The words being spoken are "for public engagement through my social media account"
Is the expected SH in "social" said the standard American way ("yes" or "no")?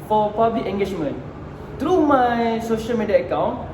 yes